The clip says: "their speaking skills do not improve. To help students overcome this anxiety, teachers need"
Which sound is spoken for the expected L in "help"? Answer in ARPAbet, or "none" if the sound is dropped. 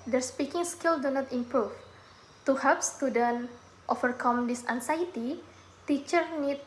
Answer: none